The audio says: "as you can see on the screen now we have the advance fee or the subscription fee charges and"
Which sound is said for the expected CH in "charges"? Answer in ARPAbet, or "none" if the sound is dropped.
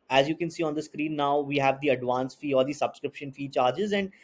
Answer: CH